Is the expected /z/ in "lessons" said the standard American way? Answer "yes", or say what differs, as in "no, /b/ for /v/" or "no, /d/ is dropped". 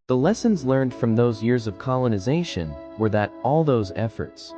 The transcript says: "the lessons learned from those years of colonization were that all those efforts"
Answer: yes